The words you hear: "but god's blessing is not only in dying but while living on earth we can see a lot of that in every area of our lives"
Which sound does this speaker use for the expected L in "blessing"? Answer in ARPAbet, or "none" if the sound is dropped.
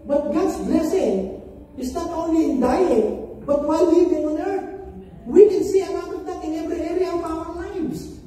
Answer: L